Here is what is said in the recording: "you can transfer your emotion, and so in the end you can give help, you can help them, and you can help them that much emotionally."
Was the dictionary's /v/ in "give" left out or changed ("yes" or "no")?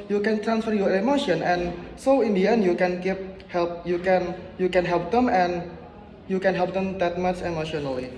yes